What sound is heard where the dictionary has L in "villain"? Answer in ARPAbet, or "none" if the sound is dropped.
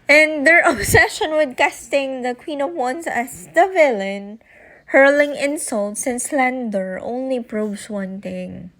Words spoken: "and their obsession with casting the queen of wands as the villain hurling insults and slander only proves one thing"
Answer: L